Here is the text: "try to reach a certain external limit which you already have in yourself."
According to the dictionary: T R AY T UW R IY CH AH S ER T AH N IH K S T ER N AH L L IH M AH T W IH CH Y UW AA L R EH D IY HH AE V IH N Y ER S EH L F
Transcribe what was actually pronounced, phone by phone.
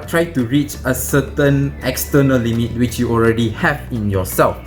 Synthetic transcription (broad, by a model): T R AY T UW R IY CH AH S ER T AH N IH K S T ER N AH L L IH M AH T W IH CH Y UW AA L R EH D IY HH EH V IH N Y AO S EH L F